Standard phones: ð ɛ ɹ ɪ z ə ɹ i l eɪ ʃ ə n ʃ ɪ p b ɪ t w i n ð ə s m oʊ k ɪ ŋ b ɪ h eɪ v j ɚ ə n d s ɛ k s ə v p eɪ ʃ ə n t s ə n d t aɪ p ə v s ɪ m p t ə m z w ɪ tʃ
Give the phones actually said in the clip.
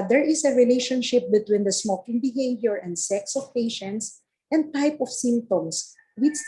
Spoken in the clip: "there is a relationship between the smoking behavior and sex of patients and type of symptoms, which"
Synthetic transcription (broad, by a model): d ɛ ɹ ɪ s ə ɹ i l eɪ ʃ ə n ʃ ɪ p b ɪ t w i n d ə s m oʊ k ɪ ŋ b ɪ h eɪ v j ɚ ə n d s ɛ k s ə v p eɪ ʃ ə n t s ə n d t aɪ p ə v s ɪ m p t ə m s w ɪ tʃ